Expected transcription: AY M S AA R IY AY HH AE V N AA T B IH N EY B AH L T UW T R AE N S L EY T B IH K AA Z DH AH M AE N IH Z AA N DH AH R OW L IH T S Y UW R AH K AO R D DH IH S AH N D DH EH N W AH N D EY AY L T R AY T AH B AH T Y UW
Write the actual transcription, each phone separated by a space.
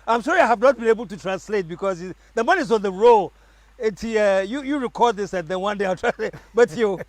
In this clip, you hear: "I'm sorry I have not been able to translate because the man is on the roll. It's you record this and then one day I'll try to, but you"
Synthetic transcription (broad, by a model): AY M SH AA R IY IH HH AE V N AA T B IH N EY B AH L T UW T R AE N S L EY T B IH K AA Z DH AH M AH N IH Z AA N DH AH R OW L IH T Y Y UW R AH K AO R D DH IH S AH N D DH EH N W AH N D EY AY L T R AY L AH B AH T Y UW